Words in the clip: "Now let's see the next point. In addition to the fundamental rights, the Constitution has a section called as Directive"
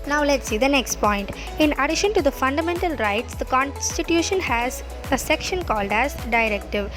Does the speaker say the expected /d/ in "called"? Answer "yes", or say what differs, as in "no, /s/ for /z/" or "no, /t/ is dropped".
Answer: yes